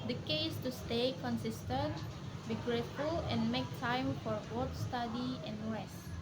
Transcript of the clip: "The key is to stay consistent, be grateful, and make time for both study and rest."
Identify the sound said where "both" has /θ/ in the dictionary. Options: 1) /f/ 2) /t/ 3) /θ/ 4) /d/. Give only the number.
2